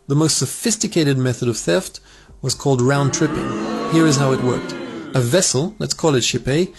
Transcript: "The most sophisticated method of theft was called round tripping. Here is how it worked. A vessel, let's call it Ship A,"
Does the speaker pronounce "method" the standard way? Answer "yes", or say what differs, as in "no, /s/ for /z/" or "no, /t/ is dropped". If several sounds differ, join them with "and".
yes